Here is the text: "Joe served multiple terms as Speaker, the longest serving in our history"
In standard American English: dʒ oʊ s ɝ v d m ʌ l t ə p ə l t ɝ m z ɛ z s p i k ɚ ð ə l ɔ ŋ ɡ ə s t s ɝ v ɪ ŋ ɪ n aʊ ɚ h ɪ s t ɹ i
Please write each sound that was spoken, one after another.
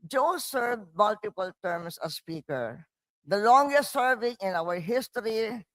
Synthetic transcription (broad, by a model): dʒ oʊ s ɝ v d m ʌ l t ə p ə l t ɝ m s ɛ s p i k ɚ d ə l ɔ ŋ ɡ ə s t s ɝ v ɪ ŋ ɪ n aʊ ɚ h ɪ s t ɹ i